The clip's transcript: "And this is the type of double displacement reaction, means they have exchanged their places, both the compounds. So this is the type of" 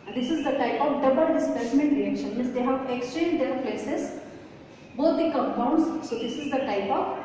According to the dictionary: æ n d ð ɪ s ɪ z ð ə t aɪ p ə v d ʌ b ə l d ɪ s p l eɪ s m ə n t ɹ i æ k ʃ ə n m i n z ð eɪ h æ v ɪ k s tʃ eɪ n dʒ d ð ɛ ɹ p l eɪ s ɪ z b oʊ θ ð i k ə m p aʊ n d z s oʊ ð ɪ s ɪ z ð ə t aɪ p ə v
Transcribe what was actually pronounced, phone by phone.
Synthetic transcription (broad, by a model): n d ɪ s ɪ z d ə t aɪ p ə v d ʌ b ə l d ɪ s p eɪ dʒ m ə n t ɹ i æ k ʃ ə n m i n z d eɪ h æ v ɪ k s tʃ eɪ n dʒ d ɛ ɹ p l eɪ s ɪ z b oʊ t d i k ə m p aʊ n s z s oʊ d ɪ s ɪ z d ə t aɪ p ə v